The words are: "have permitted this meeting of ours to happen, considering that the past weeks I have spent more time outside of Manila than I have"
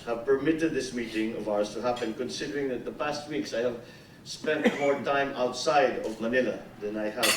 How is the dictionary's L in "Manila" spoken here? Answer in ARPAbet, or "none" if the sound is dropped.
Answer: L